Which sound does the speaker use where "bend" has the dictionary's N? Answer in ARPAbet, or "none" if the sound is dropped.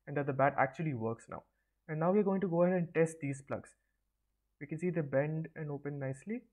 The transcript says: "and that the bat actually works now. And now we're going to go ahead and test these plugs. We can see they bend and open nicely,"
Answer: N